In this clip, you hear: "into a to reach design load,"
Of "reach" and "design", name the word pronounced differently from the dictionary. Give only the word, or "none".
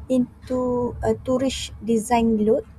reach